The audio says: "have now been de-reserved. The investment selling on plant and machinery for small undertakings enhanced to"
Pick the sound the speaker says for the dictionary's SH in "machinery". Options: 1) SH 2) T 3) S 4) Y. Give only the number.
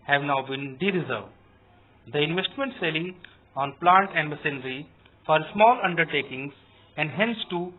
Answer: 3